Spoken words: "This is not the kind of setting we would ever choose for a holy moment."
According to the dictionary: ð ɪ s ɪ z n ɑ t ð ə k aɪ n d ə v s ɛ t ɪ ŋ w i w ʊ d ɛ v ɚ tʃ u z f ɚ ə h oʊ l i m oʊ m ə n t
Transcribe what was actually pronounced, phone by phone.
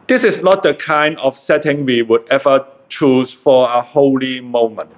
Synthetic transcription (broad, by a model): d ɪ s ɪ s n ɑ t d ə k aɪ n d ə f s ɛ t ɪ ŋ w i w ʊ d ɛ v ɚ tʃ u s f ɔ ə h oʊ l i m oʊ m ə n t